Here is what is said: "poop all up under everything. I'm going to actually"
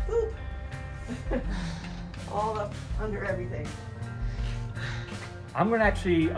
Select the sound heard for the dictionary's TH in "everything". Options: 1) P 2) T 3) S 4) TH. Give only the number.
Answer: 4